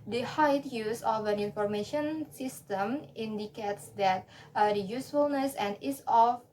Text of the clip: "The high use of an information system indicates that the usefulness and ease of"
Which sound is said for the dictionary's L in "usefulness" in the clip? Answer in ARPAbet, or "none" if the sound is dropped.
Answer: L